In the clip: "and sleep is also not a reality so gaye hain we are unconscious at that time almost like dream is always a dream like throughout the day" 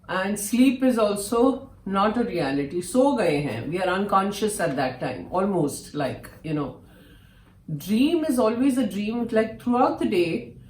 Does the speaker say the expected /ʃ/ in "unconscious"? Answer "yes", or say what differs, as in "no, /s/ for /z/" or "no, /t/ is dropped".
yes